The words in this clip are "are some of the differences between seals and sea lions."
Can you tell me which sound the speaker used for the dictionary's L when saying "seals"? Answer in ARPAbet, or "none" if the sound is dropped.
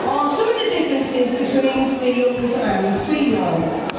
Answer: none